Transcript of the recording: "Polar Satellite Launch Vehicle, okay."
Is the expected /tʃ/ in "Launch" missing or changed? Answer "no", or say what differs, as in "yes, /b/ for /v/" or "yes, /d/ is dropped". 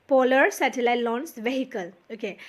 yes, /s/ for /tʃ/